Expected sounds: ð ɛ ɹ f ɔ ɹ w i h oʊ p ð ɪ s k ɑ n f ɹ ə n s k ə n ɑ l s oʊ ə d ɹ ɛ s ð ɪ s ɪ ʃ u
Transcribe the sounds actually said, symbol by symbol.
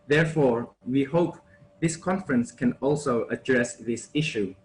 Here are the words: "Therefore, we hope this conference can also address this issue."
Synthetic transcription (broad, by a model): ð ɛ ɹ f ɔ ɹ w i h oʊ p ð ɪ s k ɑ n f ɹ ə n s k ə n ɑ l s oʊ ə d ɹ ɛ s ð ɪ s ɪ ʃ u